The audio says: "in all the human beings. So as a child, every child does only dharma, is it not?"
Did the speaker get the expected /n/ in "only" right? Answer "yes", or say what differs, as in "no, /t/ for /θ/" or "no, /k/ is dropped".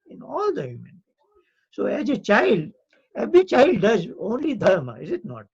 yes